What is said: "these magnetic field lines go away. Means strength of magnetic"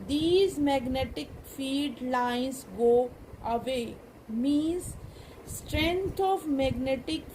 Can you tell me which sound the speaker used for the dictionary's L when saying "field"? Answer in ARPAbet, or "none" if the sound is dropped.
none